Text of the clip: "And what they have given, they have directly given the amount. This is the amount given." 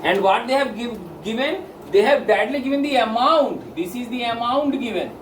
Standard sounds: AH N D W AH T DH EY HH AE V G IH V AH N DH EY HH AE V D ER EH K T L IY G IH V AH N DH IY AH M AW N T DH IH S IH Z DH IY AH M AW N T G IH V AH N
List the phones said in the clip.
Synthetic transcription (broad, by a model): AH N D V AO T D EY HH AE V G IH V AH N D EY HH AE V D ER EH T L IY G IH V AH N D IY AH M AW N T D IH S IH Z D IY AH M AW N T G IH V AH N